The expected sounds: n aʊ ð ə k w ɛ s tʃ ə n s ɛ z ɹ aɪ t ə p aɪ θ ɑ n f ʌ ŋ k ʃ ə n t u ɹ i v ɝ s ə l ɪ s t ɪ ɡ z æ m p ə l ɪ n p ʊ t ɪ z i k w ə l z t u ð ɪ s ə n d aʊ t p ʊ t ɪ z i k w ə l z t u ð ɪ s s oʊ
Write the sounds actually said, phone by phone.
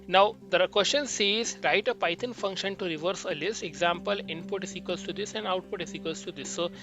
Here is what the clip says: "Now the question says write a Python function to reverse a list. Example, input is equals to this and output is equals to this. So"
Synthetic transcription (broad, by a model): n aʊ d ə k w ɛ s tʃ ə n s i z ɹ aɪ t ə p aɪ t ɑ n f ʌ ŋ k ʃ ə n t u ɹ i v ɝ s ə l ɪ s t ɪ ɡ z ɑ m p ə l ɪ n p ʊ t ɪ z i k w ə l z t u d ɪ s ə n d aʊ t p ʊ t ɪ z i k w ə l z t u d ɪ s s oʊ